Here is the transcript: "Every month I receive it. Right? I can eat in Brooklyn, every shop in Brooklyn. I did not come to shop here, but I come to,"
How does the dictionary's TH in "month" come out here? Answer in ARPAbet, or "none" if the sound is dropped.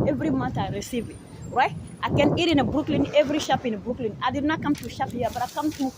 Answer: T